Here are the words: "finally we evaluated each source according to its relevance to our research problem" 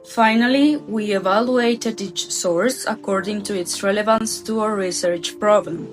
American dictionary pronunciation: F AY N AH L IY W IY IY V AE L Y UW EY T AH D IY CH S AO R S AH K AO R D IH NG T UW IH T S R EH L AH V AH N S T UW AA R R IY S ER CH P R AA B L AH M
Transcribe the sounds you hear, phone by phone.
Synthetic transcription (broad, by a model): F AY N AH L IY W IY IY V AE L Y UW EY T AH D IY CH S AO R S AH K AO R D IH NG T UW IH T S R EH L AH V AH N S T UW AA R R IY S ER CH P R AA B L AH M